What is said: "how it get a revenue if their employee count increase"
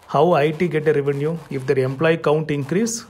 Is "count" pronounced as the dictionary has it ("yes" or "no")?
yes